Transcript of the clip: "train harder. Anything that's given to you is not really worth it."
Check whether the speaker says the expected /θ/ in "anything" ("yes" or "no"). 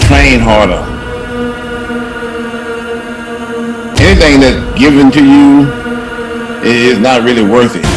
yes